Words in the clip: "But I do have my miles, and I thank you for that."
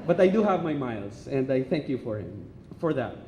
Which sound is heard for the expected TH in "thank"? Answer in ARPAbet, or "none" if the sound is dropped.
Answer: TH